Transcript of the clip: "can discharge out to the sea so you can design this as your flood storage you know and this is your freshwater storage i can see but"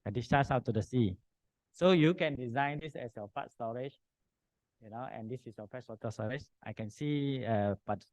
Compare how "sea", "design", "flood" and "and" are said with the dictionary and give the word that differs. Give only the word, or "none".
flood